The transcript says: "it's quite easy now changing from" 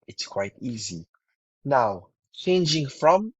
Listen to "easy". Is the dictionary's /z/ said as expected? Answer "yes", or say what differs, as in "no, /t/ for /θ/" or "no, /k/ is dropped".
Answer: yes